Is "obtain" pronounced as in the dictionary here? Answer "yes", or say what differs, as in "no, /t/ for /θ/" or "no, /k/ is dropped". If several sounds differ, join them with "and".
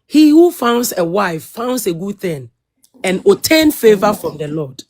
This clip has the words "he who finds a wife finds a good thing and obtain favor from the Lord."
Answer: no, /b/ is dropped